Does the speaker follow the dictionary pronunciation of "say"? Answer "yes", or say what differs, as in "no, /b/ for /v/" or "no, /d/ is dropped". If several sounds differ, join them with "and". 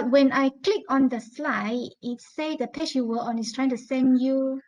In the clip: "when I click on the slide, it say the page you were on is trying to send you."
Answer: yes